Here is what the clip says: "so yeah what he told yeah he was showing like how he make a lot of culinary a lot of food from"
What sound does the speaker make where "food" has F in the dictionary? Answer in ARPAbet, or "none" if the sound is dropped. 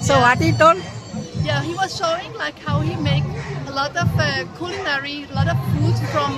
P